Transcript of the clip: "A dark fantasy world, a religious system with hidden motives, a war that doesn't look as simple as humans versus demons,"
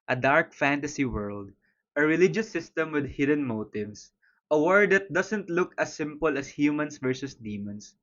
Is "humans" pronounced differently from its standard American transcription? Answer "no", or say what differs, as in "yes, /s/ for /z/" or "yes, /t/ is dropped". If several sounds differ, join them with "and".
yes, /s/ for /z/